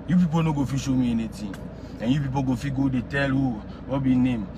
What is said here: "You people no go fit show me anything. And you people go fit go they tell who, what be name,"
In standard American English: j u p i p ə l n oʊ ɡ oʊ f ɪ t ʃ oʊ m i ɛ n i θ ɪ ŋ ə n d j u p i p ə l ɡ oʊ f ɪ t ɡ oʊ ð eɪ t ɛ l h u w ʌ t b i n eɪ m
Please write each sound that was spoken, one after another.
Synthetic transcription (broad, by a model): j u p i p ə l n oʊ ɡ oʊ f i ʃ oʊ m i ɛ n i t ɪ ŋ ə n j u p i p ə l ɡ oʊ f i ɡ oʊ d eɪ t ɛ l h u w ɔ b i n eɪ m